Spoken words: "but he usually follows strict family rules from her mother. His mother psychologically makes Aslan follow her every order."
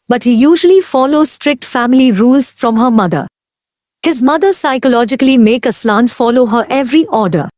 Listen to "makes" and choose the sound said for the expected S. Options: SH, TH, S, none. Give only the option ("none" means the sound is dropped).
none